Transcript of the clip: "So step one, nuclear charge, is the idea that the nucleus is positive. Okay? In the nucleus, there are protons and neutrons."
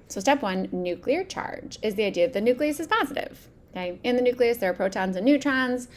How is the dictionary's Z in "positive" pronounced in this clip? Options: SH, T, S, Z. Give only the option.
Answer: Z